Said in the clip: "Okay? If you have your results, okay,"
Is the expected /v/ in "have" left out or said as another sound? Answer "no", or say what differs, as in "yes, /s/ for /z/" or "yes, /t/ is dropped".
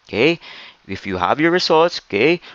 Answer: no